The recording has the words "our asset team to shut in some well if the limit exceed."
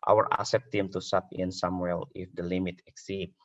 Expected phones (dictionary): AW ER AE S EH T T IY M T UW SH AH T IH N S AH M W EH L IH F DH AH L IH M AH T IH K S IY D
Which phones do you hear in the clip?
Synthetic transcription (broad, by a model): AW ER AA S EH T T IY M T UW S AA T IH N S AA M W EH L IH F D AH L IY M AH T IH K S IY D